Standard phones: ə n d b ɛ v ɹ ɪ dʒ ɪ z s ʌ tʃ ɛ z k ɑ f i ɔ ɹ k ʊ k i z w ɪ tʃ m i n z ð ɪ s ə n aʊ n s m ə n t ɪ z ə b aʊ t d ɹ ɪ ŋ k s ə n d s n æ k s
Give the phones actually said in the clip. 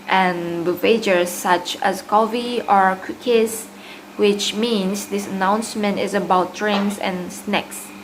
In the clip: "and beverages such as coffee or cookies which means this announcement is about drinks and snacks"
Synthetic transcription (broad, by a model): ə n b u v ɪ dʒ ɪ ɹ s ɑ tʃ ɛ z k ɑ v i ɔ ɹ k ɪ k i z w ɪ tʃ m i n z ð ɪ s ə n aʊ n s m ə n t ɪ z ə b aʊ t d ɹ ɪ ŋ s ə n s n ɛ k s